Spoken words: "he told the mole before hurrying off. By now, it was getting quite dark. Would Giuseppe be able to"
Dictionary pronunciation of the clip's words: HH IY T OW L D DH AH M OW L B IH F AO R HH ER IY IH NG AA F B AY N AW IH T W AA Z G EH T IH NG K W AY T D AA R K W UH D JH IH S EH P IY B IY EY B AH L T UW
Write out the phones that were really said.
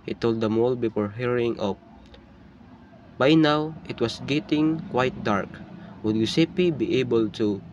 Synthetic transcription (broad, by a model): HH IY T OW L D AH M OW L B IH F AO R HH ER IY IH NG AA P B AY N AW IH T W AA S G EH T IH NG K W AY T D AA R K W UH D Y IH S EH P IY B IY EY B AH L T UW